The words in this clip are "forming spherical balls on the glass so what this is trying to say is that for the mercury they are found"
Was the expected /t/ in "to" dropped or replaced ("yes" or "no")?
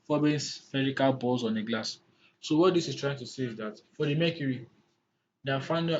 no